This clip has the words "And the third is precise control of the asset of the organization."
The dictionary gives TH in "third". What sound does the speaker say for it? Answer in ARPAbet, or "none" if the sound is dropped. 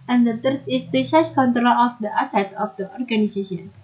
T